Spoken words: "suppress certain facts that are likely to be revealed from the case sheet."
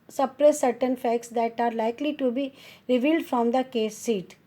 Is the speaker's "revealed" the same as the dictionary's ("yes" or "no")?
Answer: yes